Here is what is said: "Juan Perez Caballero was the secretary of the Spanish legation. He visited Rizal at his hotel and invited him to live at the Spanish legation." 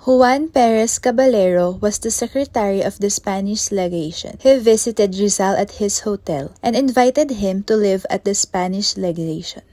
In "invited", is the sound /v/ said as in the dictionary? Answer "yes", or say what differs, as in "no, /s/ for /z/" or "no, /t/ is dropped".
yes